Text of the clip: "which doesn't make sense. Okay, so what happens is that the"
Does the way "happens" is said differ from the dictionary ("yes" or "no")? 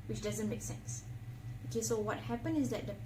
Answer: yes